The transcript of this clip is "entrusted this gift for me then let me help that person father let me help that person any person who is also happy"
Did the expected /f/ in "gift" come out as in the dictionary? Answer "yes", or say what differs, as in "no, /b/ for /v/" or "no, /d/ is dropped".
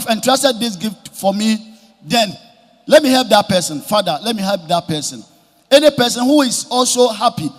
yes